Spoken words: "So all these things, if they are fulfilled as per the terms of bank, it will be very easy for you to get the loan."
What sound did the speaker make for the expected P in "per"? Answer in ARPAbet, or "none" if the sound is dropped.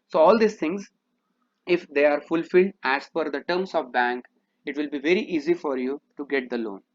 F